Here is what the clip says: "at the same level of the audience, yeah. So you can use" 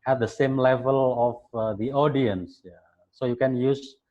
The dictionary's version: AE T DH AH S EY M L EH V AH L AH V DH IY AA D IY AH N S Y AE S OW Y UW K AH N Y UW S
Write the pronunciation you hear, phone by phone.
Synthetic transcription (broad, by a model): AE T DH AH S EY M L EH V AH L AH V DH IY AA D IY AH N S Y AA S OW Y UW K AH N Y UW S